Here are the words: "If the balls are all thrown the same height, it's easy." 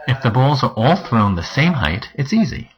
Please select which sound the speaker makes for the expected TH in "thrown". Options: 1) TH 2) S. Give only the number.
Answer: 1